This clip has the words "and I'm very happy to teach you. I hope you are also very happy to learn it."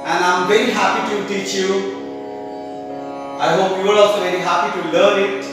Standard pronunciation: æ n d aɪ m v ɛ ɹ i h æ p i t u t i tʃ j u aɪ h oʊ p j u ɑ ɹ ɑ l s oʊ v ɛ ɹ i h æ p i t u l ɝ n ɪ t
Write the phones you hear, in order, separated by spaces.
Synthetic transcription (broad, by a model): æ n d aɪ m v ɛ ɹ i h æ p i t u t i tʃ j u aɪ h oʊ p j u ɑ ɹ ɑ s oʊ v ɛ ɹ i h æ p i t u l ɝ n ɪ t